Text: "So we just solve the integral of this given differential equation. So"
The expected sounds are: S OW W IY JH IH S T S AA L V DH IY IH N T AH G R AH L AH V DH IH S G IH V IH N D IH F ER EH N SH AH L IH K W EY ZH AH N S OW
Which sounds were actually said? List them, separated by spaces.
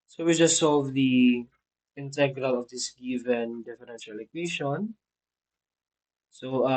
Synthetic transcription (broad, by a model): S OW W IY JH IH S T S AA L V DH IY IH N T AH G R AH L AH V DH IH S G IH V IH N D IH F ER EH N SH AH L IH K W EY SH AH N S OW